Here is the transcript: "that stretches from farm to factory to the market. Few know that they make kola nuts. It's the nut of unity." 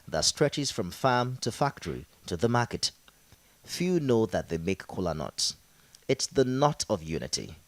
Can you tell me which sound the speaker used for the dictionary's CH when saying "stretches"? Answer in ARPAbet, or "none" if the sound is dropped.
CH